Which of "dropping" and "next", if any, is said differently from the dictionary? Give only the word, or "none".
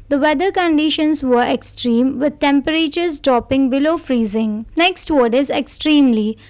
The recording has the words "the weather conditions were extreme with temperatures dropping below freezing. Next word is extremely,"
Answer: none